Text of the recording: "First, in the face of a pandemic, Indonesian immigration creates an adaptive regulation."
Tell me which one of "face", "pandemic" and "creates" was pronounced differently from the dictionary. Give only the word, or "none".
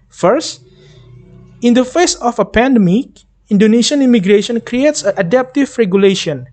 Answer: none